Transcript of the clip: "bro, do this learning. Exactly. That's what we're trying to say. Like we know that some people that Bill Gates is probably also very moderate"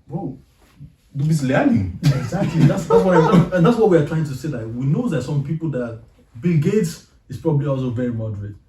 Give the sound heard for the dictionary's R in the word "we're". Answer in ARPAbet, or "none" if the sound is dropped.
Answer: W